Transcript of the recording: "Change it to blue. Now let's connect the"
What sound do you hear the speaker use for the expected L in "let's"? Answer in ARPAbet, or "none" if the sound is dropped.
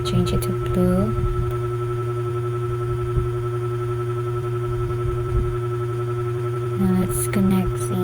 N